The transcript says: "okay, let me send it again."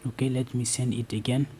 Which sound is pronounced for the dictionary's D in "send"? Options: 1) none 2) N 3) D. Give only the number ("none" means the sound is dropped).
1